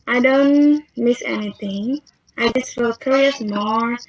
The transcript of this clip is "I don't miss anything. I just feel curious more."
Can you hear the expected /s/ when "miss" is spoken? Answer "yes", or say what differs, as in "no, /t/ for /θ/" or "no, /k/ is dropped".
yes